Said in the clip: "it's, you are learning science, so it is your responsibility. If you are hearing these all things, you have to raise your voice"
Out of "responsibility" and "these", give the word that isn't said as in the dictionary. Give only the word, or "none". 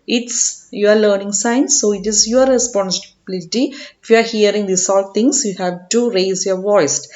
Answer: these